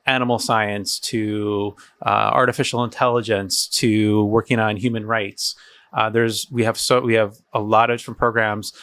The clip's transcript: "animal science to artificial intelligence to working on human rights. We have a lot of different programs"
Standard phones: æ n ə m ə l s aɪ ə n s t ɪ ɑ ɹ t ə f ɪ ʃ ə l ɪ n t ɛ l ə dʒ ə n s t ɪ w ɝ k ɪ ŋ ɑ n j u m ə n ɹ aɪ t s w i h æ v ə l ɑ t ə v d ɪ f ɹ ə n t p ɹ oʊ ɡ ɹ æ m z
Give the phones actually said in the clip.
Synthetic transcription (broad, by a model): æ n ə m l s aɪ ə n s t ɪ ɑ ɹ t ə f ɪ ʃ l ɪ n t ɛ l ə dʒ ə n s t ɪ w ɝ k ɪ ŋ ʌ n j u m ə n ɹ aɪ t s w i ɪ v ə w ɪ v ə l d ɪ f ɹ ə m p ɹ oʊ ɡ ɹ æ m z